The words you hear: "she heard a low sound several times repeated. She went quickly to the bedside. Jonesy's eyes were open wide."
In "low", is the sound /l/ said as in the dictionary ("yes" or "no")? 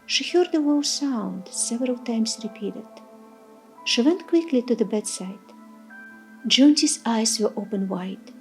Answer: no